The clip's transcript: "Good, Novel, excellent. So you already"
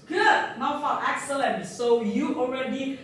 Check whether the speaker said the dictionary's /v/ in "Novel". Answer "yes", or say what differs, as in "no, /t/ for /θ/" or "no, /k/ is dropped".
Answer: no, /f/ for /v/